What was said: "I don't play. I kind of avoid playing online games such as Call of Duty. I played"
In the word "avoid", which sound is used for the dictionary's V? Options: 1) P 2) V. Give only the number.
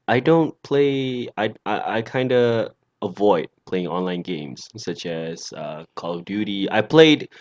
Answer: 2